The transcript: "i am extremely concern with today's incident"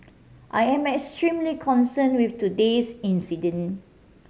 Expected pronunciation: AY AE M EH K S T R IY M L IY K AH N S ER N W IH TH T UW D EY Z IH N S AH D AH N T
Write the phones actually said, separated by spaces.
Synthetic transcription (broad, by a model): AY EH M EH K S T R IY M L IY K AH N S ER N W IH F T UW D EY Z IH N S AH D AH N